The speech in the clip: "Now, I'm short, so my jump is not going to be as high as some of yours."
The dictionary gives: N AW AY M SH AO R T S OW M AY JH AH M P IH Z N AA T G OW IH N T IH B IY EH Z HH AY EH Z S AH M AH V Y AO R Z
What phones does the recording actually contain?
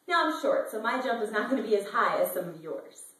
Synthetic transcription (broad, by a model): N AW AY M SH AO R T S OW M AY JH AH M P IH Z N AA T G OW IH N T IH B IY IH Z HH AY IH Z S AH M AH V Y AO R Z